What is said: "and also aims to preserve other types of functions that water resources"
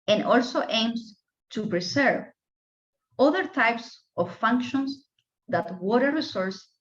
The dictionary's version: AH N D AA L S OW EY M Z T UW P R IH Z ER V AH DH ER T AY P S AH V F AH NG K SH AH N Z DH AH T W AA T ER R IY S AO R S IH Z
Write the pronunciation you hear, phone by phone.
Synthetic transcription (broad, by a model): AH N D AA L S OW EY M S T UW P R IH S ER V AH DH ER T AY P S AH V F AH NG K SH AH N S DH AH T W AA T ER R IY S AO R S